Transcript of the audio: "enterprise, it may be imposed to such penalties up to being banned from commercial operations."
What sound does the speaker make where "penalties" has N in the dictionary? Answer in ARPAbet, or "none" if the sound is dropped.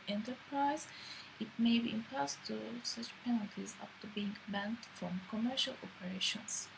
N